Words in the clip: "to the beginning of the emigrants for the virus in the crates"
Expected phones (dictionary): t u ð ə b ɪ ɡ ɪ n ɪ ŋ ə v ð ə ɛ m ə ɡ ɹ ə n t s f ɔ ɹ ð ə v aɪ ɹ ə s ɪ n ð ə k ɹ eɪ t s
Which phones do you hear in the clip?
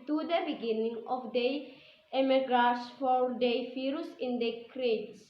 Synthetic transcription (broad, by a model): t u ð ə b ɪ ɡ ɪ n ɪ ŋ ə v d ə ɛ m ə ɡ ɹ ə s f ɔ ɹ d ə f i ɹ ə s ɪ n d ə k ɹ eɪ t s